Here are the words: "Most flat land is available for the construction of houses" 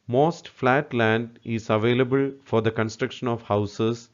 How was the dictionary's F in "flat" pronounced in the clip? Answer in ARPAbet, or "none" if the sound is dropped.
F